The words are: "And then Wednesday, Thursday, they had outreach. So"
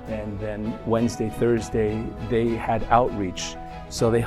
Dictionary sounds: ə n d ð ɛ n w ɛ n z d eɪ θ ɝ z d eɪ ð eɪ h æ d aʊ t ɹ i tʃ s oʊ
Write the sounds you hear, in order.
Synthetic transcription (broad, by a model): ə n ð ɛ n w ɛ n z d eɪ θ ɝ z d eɪ ð eɪ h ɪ d aʊ t ɹ i tʃ s oʊ